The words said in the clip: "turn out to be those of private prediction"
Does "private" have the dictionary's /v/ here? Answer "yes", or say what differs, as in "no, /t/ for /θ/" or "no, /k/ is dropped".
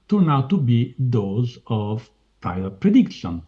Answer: no, /v/ is dropped